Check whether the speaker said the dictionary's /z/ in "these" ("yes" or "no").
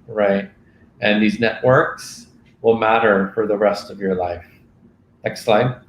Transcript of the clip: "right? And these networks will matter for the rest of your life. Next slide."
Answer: yes